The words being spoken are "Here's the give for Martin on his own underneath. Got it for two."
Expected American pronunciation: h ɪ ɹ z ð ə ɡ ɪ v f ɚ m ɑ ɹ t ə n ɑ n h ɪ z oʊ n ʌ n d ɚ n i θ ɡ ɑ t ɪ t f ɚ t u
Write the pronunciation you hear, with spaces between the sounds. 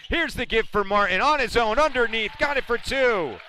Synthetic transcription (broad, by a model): h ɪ ɹ z ð ə ɡ ɪ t f ɚ m ɑ ɹ t n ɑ n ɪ z oʊ n ʌ n d ɚ n i θ ɡ ɑ t ɪ t f ɚ t u